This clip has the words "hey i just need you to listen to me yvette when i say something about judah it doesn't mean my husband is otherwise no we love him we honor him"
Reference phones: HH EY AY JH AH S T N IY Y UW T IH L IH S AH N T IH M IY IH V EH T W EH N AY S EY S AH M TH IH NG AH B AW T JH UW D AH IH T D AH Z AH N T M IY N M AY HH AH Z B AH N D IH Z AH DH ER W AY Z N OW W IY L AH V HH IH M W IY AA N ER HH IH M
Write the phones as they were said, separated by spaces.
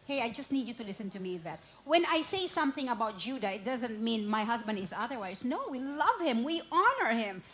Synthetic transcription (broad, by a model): HH EY AY JH AH S T N IY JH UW T IH L IH S AH N T IH M IY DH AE T W EH N AY S EY S AH M TH IH NG AH B AW T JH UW D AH IH T D AH Z AH N T M IY N M AY HH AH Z B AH N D IH Z AH DH ER W AY Z N OW W IY L AH V HH IH M W IY AA N ER HH IH M